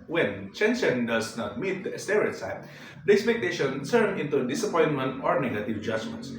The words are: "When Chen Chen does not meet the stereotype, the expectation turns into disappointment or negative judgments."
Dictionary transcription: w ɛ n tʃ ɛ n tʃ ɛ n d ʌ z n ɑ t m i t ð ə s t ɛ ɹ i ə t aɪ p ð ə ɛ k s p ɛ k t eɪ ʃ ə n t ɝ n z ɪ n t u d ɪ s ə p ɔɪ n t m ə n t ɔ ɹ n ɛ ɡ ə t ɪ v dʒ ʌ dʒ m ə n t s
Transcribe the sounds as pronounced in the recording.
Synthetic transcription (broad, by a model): w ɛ n tʃ ɛ n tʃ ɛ n d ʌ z n ɑ t m i t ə s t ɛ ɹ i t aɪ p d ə ɛ k s p ɛ k t eɪ ʃ ə n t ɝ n ɪ n t u d ɪ s ə p ɔɪ n t m ə n t ɔ ɹ n ɛ ɡ ə t ɪ v dʒ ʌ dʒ m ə n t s